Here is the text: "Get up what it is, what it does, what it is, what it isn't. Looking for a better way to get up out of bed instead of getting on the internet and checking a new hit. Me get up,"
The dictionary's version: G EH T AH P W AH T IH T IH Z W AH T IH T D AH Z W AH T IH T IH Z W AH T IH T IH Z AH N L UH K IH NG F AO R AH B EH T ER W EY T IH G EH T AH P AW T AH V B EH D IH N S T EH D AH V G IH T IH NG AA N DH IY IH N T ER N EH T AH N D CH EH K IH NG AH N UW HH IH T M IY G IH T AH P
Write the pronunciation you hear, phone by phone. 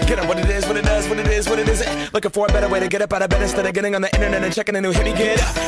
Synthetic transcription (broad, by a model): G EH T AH W AH T IH T IH Z W AH T IH T D AH Z W AH T IH T IH Z W AH T IH T IH Z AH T L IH K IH F AO R B EH T ER W EY T IH G EH T AH P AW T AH B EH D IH S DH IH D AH G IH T IH NG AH N DH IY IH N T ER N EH T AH N CH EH K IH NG AH N UW HH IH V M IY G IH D